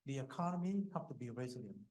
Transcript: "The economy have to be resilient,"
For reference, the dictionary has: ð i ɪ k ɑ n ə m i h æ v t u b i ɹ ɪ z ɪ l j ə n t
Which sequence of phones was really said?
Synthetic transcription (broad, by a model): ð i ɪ k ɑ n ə m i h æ p t u b i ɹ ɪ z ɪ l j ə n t